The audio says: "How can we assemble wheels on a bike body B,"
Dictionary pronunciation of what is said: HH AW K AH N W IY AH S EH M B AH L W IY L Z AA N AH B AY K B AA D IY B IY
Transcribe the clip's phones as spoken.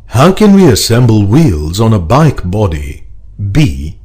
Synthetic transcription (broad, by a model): HH AW K AH N W IY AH S EH M B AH L W IY L Z N AH B AY K B AA D IY B IY